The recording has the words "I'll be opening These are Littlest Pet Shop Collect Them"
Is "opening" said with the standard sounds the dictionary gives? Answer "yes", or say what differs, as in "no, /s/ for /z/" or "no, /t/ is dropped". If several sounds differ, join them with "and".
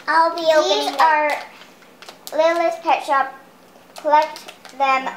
no, /p/ is dropped and /n/ is dropped